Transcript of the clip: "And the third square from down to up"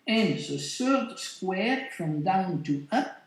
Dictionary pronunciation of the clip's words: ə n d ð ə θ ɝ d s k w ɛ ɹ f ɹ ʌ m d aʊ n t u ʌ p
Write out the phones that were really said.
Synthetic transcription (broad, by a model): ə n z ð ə s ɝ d s k w ɛ ɹ f ɹ ʌ m d aʊ n t u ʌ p